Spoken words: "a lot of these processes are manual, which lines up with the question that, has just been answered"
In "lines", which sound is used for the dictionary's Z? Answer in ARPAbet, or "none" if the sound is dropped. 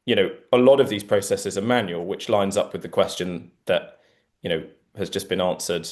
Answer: Z